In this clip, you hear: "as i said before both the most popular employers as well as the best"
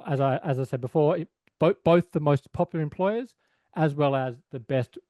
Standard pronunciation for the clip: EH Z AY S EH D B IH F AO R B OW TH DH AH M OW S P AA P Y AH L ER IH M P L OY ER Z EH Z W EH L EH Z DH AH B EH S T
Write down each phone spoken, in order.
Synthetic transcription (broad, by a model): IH Z AY S EH D B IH F AO R B OW TH DH AH M OW S P AA P Y L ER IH M P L OY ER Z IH Z W EH L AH Z DH AH B EH S T